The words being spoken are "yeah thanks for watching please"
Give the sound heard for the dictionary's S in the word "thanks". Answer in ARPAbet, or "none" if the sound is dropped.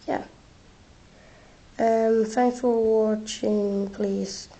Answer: none